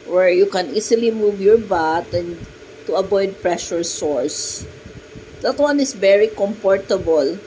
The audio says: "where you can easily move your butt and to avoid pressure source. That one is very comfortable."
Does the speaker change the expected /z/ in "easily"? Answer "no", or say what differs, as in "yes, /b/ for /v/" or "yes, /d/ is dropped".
yes, /s/ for /z/